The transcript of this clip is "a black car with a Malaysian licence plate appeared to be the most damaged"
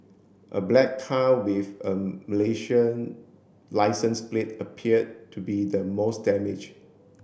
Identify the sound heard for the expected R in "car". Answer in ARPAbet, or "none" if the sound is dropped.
L